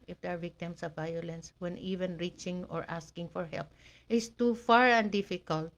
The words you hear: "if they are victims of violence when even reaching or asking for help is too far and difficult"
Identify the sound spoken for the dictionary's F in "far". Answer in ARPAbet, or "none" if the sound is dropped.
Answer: F